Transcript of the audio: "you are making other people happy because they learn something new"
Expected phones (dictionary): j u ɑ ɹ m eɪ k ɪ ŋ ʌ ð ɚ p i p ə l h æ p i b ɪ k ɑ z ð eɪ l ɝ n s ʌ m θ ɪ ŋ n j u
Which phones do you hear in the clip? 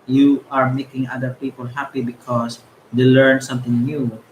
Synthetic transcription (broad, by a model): j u ɑ ɹ m eɪ k ɪ ŋ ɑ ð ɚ p i p ə l h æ p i b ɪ k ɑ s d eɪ l ɝ n s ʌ m t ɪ ŋ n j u